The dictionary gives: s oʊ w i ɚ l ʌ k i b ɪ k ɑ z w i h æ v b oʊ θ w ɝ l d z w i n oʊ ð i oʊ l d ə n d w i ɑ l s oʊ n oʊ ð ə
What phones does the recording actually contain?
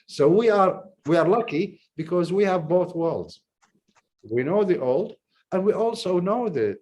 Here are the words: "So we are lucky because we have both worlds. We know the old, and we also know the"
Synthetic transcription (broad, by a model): s oʊ w i ɚ l ʌ k i b ɪ k ɑ z w i h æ v b oʊ θ w ɝ l d z w i n oʊ ð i oʊ l d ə n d w i ɑ l s oʊ n oʊ ð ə